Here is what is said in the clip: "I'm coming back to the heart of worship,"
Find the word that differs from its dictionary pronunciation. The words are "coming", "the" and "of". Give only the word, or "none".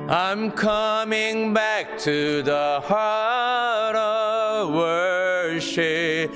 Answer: none